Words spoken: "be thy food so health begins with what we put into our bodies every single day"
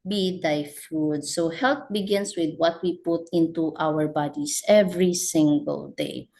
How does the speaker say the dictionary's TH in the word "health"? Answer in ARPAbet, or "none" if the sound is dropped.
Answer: T